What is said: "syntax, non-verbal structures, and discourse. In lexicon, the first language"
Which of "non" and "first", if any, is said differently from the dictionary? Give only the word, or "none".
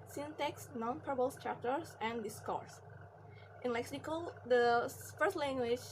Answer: none